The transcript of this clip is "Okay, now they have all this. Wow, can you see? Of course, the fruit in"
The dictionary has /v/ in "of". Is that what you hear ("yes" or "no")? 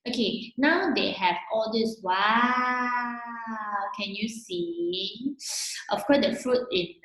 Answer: no